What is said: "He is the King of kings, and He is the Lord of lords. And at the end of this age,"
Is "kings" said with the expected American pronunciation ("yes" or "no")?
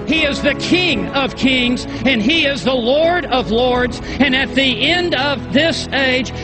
yes